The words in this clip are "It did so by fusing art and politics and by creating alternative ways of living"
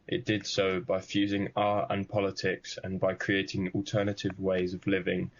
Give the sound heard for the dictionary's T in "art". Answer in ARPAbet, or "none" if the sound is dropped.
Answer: none